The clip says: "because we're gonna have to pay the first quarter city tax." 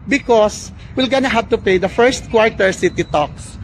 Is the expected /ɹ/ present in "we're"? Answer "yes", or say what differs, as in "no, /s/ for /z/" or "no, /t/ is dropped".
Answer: no, /l/ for /ɹ/